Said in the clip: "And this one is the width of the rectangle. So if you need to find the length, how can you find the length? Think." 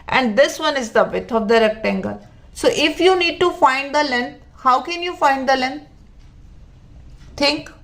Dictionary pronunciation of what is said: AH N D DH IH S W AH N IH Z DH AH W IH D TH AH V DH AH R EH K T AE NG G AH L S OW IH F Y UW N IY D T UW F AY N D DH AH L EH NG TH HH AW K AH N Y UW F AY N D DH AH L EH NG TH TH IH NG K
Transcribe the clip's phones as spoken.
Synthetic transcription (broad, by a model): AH N D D IH S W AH N IH Z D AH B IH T AH V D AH R EH K T AE NG G AH L S OW IH F Y UW N IY D T UW F AY N D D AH L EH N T HH AW K AH N Y UW F AY N D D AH L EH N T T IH NG K